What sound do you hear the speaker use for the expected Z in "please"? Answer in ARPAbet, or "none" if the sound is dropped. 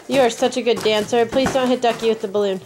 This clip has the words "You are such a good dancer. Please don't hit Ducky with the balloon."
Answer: Z